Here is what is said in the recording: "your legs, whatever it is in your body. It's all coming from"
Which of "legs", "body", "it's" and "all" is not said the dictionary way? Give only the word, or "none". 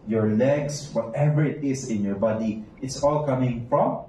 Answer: legs